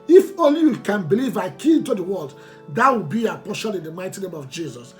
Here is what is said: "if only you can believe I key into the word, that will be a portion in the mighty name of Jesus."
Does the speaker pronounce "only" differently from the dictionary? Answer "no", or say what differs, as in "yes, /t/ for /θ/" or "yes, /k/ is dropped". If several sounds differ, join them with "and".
yes, /n/ is dropped